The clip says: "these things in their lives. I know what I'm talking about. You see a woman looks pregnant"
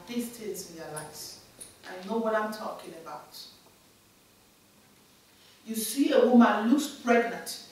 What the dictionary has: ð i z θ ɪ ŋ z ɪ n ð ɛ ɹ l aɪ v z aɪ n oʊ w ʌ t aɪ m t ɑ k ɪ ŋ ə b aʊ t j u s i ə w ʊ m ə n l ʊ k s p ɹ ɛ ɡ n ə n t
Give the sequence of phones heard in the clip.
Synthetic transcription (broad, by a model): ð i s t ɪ z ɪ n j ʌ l aɪ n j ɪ n oʊ w ʌ t aɪ m t ɑ k ɪ ŋ ə b aʊ t j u s i ə w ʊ m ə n l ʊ k s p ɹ ɛ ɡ n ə n t